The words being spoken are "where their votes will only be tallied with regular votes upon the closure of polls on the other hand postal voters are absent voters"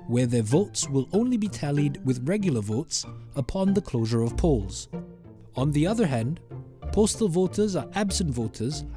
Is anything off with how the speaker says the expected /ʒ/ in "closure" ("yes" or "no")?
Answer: no